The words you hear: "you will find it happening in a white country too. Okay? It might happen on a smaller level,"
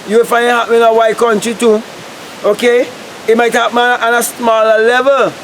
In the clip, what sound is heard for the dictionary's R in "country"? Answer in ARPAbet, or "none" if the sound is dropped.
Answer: none